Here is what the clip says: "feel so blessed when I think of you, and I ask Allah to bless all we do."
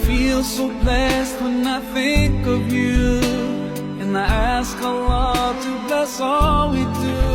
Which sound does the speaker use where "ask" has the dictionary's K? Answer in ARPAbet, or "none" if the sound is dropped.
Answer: K